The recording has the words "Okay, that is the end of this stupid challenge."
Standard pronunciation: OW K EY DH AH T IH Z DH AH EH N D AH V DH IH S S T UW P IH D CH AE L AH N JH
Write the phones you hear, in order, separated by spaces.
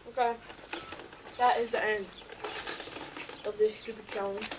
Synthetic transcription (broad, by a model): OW K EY DH AH T IH Z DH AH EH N AH V DH IH S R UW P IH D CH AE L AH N